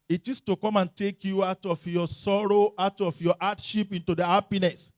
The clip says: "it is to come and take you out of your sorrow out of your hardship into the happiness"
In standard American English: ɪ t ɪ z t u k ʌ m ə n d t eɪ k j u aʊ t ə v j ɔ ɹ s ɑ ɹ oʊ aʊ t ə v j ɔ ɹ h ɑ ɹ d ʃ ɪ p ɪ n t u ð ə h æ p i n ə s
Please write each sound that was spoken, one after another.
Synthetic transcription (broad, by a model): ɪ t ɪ s t u k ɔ m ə n t eɪ k j u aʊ t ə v j ɔ s ɑ ɹ oʊ aʊ t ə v j ɔ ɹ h ɑ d ʃ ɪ p ɪ n t u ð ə h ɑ p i n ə s